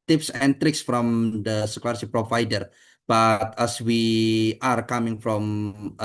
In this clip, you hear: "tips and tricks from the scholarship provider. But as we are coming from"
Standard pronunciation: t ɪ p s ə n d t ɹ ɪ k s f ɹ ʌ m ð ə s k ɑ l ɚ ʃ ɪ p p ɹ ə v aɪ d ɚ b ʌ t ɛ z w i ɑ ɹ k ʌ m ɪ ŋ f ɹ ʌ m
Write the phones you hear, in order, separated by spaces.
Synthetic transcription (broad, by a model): t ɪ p s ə n t ɹ ɪ k s f ɹ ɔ m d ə s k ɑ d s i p p ɹ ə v aɪ d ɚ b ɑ t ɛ s w i ɑ ɹ k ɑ m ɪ ŋ f ɹ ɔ m